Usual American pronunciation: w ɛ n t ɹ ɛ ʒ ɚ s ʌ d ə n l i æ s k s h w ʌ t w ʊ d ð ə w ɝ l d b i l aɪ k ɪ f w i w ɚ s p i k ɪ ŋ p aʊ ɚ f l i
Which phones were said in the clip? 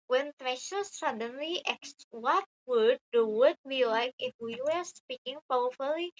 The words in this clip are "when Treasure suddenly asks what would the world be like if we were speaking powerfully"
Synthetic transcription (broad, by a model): w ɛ n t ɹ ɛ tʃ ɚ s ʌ d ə n l i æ k s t w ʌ t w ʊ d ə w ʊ d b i l aɪ k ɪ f w i w ɚ s p i k ɪ ŋ p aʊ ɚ f l i